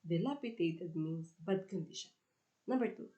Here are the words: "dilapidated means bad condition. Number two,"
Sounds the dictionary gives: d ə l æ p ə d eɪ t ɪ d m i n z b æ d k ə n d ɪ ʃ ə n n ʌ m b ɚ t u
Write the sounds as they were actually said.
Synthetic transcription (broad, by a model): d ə l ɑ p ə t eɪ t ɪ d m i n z b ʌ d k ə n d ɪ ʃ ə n n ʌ b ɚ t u